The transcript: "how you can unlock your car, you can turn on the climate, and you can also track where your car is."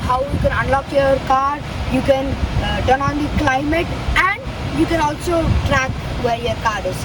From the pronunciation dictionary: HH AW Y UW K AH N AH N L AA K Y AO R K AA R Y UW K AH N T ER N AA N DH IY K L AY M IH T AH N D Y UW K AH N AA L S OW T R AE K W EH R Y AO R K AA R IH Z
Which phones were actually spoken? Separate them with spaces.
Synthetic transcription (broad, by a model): HH AW Y UW K AH N AH N L AA K Y AO R K AA R Y UW K AH N T ER N AA N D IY K L AY M IH T AH N D Y UW K AH N AA L S OW T R AE K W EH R Y AO R K AA R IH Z